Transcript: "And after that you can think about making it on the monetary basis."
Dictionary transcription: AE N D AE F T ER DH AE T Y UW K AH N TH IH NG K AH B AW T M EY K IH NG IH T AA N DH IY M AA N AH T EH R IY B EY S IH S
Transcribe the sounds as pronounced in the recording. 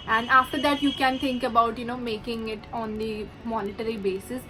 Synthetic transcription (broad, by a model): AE N D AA F T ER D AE T Y UW K AH N T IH NG K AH B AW T M EY K IH NG IH T AA N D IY M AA N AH T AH R IY B EY S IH S